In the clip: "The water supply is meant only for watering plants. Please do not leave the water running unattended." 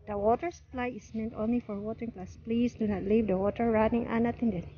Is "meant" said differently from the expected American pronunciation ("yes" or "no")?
no